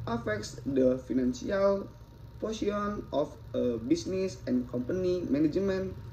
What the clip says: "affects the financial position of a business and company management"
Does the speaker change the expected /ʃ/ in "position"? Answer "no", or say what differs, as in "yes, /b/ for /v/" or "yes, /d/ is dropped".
yes, /ʃ/ is dropped